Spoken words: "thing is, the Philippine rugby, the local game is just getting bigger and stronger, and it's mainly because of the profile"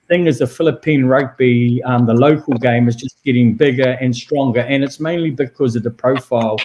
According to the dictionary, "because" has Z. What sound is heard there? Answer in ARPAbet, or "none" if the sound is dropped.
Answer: Z